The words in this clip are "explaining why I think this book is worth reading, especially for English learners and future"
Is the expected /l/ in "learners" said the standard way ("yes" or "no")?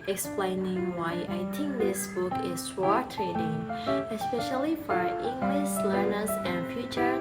yes